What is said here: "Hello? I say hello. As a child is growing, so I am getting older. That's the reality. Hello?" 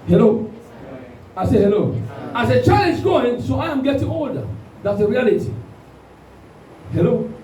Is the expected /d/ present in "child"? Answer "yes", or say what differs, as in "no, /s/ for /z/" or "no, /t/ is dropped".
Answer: no, /d/ is dropped